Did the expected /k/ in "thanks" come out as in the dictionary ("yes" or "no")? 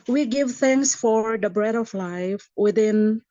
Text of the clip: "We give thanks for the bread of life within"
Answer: no